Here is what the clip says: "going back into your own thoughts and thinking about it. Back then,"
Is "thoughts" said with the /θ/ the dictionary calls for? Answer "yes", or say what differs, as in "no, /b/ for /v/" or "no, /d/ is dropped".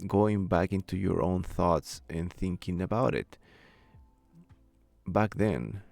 yes